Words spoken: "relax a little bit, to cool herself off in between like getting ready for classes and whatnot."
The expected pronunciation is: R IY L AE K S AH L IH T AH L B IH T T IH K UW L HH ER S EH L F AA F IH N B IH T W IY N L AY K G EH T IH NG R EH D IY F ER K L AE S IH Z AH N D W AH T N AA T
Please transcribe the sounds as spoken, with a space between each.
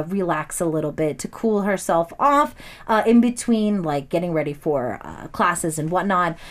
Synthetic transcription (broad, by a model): R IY L AE K S AH L IH T L B IH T T IH K UW L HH ER S EH L F AA F IH N B IH T W IY N L AY K G EH T IH NG R EH D IY F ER K L AE S IH Z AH N W AH T N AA T